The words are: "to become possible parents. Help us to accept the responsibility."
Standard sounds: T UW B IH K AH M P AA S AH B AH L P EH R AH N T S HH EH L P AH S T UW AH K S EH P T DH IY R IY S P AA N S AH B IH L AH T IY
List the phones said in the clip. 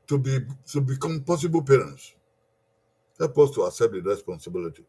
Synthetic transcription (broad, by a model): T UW B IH K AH M P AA S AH B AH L P EH R AH N T S HH EH L P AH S T UW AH S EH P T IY R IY S P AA N S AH B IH L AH T IY